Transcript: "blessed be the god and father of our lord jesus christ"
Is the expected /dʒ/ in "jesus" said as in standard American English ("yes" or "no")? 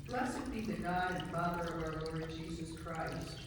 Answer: yes